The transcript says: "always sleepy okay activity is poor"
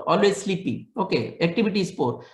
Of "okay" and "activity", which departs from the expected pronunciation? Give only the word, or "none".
activity